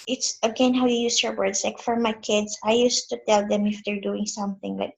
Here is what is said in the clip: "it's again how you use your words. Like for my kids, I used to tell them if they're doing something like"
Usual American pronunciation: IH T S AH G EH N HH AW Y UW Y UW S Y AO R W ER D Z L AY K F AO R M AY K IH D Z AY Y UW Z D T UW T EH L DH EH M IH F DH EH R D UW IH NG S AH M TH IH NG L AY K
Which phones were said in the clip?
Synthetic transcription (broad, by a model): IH T S AH G EH N HH AW Y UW Y UW S Y AO R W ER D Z L AY K F AO R M AY K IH D S AY Y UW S T UW T EH L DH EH M IH F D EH R D UW IH NG S AH M TH IH NG L AY K